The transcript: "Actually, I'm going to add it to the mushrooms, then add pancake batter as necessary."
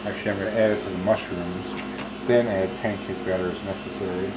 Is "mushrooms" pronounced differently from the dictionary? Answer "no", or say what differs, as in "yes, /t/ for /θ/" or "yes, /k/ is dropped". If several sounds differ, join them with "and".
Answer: no